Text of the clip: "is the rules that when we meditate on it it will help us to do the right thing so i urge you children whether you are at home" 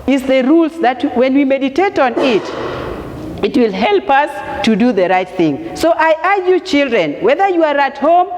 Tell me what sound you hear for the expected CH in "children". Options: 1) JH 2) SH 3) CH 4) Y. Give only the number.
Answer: 3